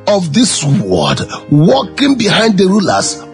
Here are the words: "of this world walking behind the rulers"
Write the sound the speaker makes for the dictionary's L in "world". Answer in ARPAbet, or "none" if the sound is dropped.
none